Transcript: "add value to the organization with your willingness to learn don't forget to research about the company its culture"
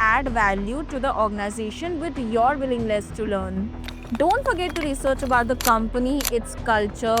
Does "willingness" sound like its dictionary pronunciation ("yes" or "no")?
no